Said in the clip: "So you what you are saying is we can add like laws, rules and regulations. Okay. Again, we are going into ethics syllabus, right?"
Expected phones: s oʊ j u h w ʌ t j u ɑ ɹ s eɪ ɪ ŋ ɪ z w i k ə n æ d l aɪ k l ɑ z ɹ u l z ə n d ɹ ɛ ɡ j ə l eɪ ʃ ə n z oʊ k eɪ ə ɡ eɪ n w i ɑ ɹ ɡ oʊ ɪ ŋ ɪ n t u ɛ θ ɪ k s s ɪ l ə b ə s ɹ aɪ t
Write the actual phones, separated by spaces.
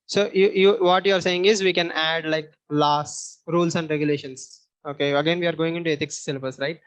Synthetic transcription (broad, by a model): s oʊ j u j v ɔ t j u ɑ ɹ s eɪ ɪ ŋ ɪ z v i k ə n æ d l aɪ k l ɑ s ɹ u l s ə n d ɹ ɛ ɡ j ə l eɪ ʃ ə n s oʊ k eɪ ə ɡ eɪ n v i ɑ ɹ ɡ oʊ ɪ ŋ ɪ n t u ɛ t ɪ k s s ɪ l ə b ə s ɹ aɪ t